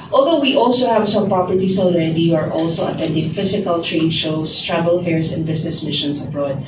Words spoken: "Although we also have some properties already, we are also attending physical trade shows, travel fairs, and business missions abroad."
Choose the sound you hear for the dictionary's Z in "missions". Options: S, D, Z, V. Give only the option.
S